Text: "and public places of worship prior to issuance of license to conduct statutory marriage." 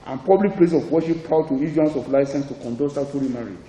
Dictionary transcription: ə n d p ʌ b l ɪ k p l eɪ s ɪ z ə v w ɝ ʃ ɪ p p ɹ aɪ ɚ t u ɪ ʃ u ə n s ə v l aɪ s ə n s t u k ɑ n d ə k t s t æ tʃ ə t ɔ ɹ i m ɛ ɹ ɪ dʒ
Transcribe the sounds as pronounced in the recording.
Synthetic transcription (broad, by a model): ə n p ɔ b l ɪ k p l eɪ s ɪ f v w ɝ ʃ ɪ p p aɪ t u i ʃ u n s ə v l aɪ s ə n s t u k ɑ n d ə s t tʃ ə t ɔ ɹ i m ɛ ɹ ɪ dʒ